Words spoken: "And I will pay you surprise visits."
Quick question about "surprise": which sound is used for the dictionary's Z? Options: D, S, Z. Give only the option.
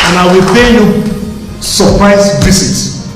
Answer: S